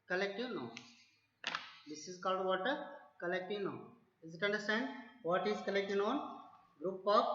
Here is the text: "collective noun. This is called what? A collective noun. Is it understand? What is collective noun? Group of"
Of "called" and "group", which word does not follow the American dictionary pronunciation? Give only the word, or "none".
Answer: none